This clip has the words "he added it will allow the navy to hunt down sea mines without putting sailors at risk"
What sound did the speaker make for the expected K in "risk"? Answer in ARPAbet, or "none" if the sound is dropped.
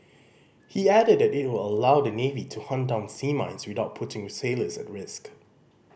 K